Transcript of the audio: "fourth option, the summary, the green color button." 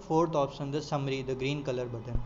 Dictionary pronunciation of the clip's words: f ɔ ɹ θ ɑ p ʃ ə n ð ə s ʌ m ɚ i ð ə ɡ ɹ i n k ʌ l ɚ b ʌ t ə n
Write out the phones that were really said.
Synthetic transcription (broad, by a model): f ɔ ɹ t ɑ p s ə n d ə s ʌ m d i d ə ɡ ɹ i n k ʌ l ɚ b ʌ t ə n